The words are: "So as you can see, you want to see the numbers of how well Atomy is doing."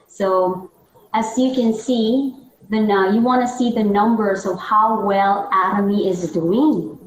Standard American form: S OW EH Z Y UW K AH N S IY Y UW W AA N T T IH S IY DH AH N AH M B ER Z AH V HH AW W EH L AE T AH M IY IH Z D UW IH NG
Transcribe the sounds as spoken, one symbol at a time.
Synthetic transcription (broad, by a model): S OW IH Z Y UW K AH N S IY Y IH W AA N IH S IY DH AH N AH M B ER Z AH V HH AW W EH L AE T AH M IY IH Z D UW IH NG